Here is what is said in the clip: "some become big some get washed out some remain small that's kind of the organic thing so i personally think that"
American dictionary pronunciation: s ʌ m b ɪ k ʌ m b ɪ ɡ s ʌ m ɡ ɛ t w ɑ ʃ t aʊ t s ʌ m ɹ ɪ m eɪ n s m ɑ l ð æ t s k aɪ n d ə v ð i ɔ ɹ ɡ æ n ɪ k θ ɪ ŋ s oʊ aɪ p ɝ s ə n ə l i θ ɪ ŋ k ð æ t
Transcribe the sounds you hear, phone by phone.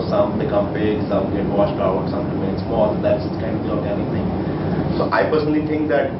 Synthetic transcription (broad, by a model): s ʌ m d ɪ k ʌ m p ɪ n s ʌ m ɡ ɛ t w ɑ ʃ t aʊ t s ʌ m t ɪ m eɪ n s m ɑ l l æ s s k aɪ n d ə v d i ɔ ɹ ɡ æ n ɪ k t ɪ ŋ s oʊ aɪ p ɝ s ə n ə l i t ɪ ŋ k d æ t